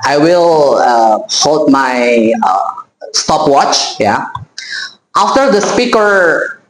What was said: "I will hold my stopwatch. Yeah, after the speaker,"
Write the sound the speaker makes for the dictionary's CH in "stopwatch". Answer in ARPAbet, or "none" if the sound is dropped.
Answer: CH